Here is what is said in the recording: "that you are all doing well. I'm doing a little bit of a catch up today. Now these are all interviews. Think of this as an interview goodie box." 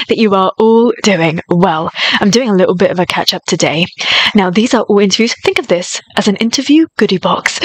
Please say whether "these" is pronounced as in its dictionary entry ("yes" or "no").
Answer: yes